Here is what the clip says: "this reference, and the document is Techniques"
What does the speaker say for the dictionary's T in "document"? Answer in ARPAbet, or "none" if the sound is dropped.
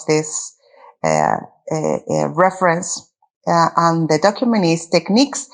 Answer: none